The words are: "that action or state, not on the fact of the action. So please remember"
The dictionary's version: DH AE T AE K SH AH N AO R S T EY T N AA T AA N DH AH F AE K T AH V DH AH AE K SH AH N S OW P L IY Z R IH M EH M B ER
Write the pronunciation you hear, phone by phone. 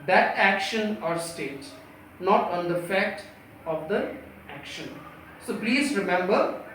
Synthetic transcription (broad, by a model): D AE T AE K SH AH N AO R S T EY T N AA T AA N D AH F AE K T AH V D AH AE K SH AH N S OW P L IY Z R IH M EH M B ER